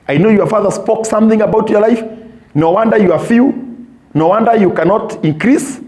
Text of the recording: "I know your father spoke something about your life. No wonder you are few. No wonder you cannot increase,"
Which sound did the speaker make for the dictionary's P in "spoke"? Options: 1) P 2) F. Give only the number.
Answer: 1